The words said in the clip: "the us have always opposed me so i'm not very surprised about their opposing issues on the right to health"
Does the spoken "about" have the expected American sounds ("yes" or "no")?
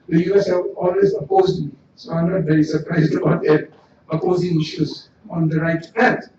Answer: no